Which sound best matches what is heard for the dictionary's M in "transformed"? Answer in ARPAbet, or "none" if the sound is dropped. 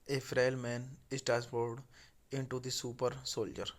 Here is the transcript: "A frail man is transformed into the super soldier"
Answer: none